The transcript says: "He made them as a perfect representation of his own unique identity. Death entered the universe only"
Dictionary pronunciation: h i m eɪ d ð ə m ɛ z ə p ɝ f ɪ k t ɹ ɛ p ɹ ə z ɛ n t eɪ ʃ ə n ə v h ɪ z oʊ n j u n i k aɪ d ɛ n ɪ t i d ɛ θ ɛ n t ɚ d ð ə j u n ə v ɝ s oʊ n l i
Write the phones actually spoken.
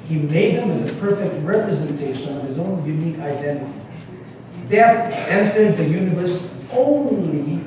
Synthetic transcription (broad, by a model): h i m eɪ d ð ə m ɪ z ə p ɝ f ɪ k t ɹ ɛ p ɹ ə z ɛ n t eɪ ʃ ə n ə v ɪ z oʊ n j u n i k aɪ d ɛ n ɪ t i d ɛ t ɛ n t ɚ d ð ə j u n ə v ɝ s oʊ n l i